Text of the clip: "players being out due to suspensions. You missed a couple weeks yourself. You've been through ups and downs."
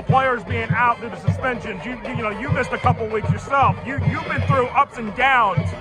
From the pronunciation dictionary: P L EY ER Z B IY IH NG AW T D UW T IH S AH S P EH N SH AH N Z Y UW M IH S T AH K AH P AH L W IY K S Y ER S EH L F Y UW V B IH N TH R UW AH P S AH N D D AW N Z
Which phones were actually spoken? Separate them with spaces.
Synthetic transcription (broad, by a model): P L EY ER Z B IY IH NG AW T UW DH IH S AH S P EH N SH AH N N Y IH M IH S T AH K AH P L W IY K S Y ER S EH L F Y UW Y B IH N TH R UW AH P S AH N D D AW N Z